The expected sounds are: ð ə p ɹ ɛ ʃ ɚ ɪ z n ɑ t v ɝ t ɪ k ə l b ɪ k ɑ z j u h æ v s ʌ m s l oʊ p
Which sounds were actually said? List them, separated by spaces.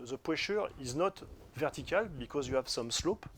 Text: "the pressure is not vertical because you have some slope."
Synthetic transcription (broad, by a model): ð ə p w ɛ ʃ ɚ ɪ z n ɑ t v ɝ t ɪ k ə l b ɪ k ɑ z j u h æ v s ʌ m s l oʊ p